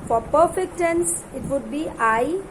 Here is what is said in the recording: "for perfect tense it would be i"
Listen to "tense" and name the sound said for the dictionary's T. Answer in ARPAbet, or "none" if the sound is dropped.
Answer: T